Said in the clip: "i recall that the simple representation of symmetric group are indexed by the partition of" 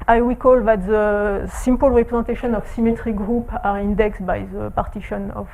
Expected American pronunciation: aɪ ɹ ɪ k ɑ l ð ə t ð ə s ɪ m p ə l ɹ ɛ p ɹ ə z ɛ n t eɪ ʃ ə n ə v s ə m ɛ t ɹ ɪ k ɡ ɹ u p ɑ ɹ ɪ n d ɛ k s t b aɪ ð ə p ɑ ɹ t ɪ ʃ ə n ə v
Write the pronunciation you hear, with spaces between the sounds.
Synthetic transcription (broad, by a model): aɪ w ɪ k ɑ l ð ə t ð ə s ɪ m p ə l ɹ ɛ p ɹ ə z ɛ t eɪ ʃ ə n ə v s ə m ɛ t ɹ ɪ ɡ ɹ u p ɑ ɹ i n d ɛ k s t b aɪ ð ə p ɑ ɹ t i ʃ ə n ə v